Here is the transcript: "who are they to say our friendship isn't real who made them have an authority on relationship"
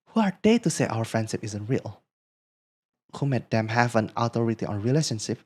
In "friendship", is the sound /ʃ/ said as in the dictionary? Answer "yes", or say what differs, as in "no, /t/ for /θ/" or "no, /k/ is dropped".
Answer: yes